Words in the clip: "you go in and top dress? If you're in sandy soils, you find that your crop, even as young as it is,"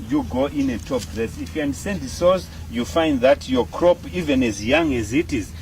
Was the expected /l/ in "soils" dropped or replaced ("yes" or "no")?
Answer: yes